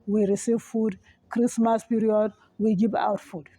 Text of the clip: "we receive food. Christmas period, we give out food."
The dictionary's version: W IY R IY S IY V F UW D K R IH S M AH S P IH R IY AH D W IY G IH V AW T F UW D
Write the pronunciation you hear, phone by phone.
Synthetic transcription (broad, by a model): W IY R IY S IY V F UW D K R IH S M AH S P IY R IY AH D W IY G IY B AW T F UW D